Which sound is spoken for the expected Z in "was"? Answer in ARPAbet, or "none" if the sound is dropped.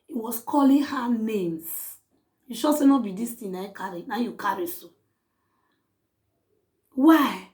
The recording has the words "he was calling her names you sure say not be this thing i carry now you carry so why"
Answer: S